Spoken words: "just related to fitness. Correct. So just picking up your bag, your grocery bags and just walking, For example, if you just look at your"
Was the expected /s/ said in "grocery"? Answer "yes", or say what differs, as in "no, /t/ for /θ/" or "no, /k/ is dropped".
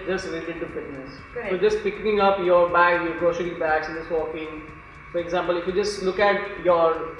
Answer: no, /ʃ/ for /s/